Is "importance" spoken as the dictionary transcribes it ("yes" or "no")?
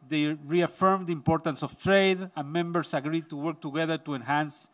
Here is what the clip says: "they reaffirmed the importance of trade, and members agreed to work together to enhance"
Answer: yes